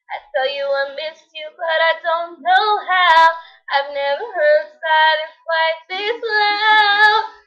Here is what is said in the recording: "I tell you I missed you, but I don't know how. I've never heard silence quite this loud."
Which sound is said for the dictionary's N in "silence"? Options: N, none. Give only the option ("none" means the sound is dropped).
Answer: none